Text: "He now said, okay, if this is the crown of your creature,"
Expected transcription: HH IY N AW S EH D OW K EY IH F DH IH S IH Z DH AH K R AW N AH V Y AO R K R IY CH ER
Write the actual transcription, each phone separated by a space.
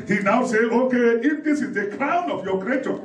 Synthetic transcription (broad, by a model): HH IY N AW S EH OW K EY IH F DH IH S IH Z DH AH K R AW N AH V Y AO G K R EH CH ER